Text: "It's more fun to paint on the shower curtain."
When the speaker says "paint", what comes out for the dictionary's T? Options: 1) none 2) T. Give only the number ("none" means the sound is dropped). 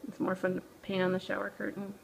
1